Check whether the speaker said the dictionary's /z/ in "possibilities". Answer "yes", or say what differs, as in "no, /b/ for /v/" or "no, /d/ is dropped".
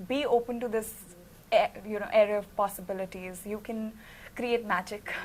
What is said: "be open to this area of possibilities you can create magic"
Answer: yes